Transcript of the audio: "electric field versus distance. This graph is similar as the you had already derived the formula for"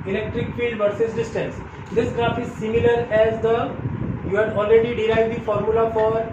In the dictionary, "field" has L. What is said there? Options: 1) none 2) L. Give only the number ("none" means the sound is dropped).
2